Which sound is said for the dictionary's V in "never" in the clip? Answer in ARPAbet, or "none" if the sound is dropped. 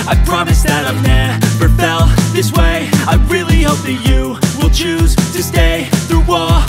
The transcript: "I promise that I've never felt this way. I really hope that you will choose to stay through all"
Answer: B